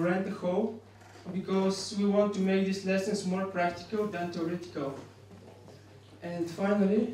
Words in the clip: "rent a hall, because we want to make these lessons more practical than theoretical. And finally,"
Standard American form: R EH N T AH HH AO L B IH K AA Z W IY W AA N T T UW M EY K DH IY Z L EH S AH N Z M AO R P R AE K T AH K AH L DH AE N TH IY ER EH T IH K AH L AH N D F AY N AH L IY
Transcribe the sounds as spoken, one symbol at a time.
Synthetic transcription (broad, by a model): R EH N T AH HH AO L B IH K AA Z W IY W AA N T T UW M EY K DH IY S L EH S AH N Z M AO R P R AE K T AH K AH L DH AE N T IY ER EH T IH K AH L AH N D F AY N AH L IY